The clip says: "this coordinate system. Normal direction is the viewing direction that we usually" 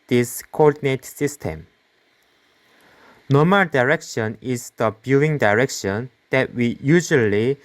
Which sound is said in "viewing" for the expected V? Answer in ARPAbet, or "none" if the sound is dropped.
B